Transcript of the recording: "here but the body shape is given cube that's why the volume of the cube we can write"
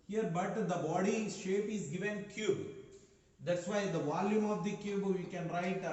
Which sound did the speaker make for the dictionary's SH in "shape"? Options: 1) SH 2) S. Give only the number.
1